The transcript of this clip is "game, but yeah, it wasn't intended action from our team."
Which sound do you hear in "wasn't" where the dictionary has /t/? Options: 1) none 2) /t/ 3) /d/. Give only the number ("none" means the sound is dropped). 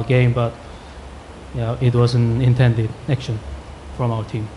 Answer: 1